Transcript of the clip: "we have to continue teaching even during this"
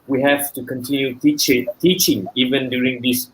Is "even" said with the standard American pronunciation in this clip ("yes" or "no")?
yes